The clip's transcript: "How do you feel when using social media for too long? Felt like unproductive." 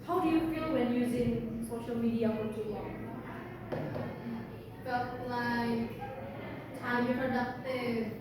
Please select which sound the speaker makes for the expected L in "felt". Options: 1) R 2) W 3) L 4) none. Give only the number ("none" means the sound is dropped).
4